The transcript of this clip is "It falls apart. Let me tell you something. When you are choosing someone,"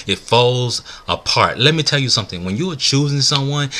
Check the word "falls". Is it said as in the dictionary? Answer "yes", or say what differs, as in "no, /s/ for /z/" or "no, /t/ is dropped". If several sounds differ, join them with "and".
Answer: yes